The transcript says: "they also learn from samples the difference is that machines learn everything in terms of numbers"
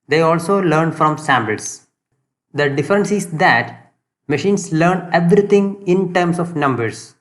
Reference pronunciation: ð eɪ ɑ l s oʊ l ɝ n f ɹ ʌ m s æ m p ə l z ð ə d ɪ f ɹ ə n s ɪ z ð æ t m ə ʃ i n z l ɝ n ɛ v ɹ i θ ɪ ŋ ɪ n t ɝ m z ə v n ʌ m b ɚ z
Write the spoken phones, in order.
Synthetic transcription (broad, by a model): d eɪ ɑ l s oʊ l ɝ n f ɹ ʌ m s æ m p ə l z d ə d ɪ f ɹ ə n s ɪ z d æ t m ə ʃ i n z l ɝ n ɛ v ɹ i t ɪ ŋ ɪ n t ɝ m s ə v n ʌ m b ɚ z